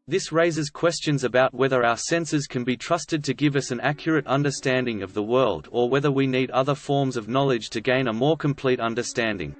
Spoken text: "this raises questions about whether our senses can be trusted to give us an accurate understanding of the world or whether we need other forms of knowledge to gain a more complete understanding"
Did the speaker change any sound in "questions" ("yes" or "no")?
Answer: no